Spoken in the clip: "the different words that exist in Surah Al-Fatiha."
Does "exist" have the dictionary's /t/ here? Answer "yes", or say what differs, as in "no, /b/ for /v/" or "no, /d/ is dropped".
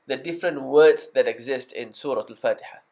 yes